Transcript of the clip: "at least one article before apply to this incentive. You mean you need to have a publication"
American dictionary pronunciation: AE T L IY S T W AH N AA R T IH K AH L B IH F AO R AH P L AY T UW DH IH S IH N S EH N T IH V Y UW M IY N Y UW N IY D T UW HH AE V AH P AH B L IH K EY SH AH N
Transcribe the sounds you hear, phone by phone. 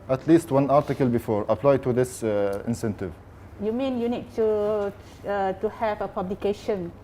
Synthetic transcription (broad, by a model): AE T L IY S T W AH N AA R T IH K AH L B IH F AO R AH P L AY T UW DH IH S IH N S EH N T IH V Y UW M IY N Y UW N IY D T UW HH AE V AH P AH B L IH K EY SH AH N